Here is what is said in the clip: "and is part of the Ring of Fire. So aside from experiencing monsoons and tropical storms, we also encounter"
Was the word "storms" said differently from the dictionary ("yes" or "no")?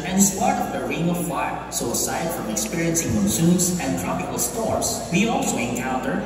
yes